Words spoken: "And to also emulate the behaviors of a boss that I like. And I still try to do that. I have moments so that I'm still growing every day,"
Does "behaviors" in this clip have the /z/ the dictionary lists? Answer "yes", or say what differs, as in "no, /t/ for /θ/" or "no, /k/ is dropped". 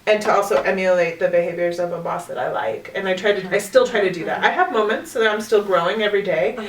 yes